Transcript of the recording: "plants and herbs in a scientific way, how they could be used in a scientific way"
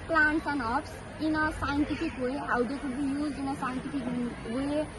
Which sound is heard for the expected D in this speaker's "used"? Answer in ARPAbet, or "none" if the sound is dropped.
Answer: none